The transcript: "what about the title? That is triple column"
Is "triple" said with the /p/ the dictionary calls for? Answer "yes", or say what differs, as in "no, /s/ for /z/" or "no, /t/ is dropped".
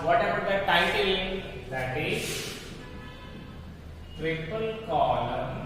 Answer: yes